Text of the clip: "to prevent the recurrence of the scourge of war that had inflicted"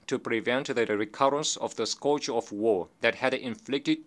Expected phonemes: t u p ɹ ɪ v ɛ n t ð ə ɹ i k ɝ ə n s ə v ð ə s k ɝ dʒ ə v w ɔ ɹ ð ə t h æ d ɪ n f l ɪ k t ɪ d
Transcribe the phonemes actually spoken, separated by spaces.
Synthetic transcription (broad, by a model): t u p ɹ ɪ v ɛ n t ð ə ɹ i k ɝ ə n s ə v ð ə s k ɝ ə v w ɔ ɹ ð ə t h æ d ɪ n f l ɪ k t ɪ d